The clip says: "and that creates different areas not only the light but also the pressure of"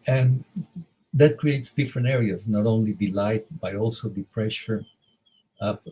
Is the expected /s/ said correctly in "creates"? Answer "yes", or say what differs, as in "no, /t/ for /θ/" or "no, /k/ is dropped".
yes